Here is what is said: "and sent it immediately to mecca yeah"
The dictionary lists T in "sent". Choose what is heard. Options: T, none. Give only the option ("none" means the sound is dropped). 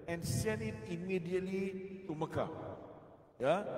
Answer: none